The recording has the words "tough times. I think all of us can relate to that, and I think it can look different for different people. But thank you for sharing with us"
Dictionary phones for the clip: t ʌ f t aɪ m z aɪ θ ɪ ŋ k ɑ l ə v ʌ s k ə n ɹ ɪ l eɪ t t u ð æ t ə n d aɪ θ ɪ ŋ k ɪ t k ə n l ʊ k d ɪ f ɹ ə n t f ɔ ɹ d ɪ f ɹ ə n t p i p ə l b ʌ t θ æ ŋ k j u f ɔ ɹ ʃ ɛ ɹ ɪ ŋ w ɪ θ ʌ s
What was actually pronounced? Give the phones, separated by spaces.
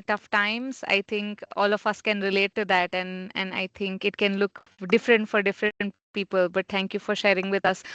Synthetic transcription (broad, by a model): t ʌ f t aɪ m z aɪ t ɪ ŋ k ɑ l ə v ʌ s k ə n ɹ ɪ l eɪ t t u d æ t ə n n aɪ t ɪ ŋ k ɪ t k ə n l ʊ k d ɪ f ɹ ə n t f ɔ ɹ d ɪ f ɹ ə n t p i p ə l b ʌ t t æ ŋ k j u f ɔ ɹ ʃ ɛ ɹ ɪ ŋ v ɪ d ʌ s